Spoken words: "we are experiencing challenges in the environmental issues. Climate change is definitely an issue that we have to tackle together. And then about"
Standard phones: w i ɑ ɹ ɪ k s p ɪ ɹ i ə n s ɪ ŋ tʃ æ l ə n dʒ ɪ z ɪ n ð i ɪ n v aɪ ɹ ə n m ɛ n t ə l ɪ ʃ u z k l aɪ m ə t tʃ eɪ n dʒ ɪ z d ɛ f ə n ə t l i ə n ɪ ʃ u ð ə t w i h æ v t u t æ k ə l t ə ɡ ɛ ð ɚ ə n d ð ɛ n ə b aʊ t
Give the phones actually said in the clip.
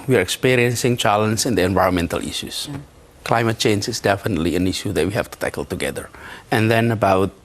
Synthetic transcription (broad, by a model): w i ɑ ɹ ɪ k s p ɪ ɹ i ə n s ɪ ŋ tʃ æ l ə n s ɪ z ɪ n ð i ɪ n v aɪ ɹ ə n m ɛ n t ə l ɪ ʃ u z k l aɪ m ə t tʃ eɪ n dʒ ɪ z d ɛ f ə n ə t l i ə n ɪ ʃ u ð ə t w i h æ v t u t æ k ə l t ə ɡ ɛ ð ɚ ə n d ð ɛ n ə b aʊ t